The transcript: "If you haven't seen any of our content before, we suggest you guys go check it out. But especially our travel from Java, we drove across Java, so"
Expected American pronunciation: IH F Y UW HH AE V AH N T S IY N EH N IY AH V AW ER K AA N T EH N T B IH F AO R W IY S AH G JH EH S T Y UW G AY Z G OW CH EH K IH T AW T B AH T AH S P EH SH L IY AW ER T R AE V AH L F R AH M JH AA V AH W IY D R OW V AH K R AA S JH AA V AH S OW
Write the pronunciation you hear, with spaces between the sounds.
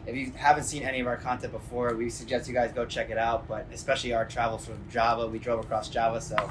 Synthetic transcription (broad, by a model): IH F Y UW HH AE V AH N T S IY N EH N IY AH V AW ER K AA N T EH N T B IH F AO R W IY S AH G JH EH S T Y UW G AY Z G OW CH EH K IH T AW T B AH T AH S P EH SH L IY AW ER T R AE V L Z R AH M JH AA V AH W IY D R OW V AH K R AA S JH AA V AH S OW